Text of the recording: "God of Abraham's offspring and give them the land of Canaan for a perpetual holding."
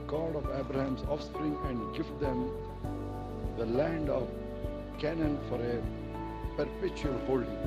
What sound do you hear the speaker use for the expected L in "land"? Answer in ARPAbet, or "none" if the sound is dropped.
L